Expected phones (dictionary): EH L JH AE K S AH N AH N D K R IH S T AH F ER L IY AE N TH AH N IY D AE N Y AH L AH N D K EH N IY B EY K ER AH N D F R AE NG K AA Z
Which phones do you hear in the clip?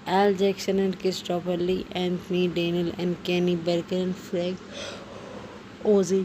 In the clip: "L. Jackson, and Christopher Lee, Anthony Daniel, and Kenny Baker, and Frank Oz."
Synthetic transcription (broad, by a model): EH L JH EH K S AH N AH N D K IH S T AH P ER L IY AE N T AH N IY D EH N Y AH L AH N D K EH N IY B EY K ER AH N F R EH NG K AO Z